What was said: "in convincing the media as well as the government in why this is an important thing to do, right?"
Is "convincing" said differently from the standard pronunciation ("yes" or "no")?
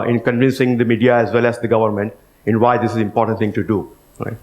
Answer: no